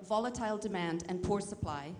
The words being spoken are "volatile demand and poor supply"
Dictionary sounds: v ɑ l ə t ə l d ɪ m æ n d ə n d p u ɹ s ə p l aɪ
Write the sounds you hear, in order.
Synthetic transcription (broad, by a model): v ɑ l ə t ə l d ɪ m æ n d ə n p u ɹ s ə p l aɪ